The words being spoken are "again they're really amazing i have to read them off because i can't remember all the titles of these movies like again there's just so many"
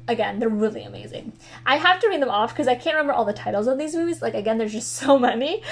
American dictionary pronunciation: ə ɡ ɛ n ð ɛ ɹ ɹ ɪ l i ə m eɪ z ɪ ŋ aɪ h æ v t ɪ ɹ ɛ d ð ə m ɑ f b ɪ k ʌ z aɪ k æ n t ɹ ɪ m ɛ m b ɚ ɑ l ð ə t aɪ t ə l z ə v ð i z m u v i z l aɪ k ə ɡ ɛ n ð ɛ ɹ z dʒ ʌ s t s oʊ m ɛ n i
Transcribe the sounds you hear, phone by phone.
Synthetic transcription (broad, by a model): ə ɡ ɛ n ð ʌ ɹ ɹ ɪ l i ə m eɪ z ɪ ŋ aɪ h æ f t ɪ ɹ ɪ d ð ə m ɑ f k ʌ z aɪ k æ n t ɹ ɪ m ɛ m b ɚ ɑ l ð ə t aɪ t l z ə v ð i z m u v i z l aɪ k ə ɡ ɛ n ð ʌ ɹ z dʒ ʌ s t s oʊ m ɛ n i